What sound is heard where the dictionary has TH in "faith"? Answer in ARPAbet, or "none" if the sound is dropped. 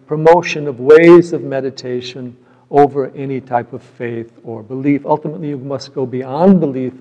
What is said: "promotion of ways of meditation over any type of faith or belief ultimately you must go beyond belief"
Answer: TH